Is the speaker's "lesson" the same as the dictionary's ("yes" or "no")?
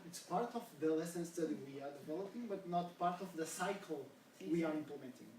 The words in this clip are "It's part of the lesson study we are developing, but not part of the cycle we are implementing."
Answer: yes